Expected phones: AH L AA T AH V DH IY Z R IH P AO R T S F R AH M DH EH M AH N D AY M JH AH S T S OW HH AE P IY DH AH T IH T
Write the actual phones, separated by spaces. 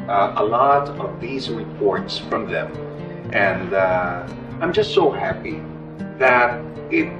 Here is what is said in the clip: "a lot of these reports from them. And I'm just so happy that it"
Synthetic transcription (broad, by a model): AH L AA T AH V DH IY Z R IH P AO R T S F R AH M DH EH M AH N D AY M JH AH S T S OW HH AE P IY DH AH T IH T